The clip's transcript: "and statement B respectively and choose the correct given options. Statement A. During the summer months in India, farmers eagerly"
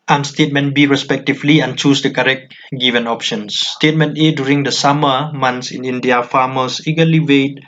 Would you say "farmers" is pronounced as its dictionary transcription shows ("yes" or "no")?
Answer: no